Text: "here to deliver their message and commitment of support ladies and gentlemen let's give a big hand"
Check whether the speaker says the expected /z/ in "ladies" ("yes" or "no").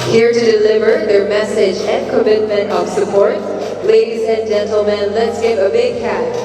yes